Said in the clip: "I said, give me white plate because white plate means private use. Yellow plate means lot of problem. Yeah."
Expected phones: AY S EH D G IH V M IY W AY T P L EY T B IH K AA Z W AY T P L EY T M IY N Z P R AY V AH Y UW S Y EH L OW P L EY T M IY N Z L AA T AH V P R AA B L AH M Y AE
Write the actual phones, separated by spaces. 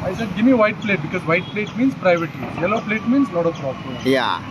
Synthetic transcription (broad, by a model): AY S EH D G IH V M IY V AY T P L EY T B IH K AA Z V AY T P L EY T M IY N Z P R AY V AH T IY Y EH L OW P L EY T M IY N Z L AA T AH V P R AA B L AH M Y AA